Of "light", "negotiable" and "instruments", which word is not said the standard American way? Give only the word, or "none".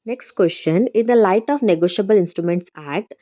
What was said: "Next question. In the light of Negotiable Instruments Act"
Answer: none